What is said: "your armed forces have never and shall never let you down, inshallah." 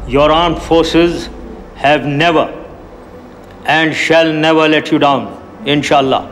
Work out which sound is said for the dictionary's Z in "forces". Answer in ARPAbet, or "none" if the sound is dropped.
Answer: Z